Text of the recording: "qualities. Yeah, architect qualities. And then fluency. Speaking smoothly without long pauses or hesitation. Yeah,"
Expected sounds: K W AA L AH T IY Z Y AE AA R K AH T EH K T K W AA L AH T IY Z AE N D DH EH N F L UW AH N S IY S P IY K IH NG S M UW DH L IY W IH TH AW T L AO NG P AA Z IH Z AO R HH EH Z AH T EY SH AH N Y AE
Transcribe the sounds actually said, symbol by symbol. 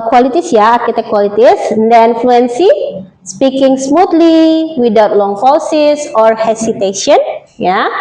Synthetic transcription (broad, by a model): K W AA L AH T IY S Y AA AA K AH T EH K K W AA L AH T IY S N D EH N F L UW AH N S IY S P IY K IH NG S M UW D L IY W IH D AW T L AO NG F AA S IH S AO R HH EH S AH T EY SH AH N Y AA